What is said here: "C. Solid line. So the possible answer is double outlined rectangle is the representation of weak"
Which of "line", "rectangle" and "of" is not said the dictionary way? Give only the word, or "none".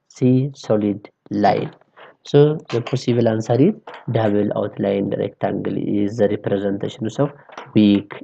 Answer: of